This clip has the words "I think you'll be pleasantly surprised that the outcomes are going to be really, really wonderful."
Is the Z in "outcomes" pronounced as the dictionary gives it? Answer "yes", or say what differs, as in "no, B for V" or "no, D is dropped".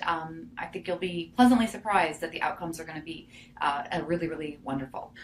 yes